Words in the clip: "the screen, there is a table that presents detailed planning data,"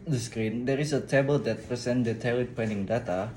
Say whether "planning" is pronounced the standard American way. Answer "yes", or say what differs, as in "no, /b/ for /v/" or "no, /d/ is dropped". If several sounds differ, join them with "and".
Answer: no, /l/ is dropped